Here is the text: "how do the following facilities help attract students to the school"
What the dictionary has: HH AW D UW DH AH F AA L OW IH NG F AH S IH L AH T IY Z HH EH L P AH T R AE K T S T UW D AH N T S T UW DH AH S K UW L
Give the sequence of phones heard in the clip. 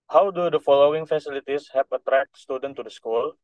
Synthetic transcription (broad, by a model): HH AW D UW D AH F AA L OW IH NG F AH S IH L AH T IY S HH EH P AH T R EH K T S T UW D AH N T T UW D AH S K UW L